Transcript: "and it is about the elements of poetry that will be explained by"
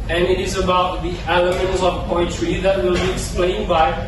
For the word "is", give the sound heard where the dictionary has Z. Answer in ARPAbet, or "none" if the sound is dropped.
Z